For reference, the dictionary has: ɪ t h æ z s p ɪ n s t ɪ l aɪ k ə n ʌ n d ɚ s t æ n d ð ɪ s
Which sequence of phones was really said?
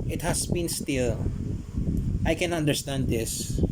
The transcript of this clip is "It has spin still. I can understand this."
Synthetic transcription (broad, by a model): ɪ t h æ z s b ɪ n s t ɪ l aɪ k ə n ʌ n d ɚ s t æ n d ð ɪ s